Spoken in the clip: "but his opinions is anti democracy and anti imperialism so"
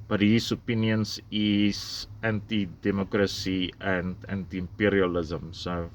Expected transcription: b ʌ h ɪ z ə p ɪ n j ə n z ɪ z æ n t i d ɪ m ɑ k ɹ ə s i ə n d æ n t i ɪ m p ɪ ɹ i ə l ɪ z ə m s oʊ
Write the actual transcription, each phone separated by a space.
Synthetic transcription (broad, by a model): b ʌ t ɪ s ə p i n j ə n s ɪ s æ n t i d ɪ m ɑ k ɹ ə s i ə n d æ n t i m p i ɹ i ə l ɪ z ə m s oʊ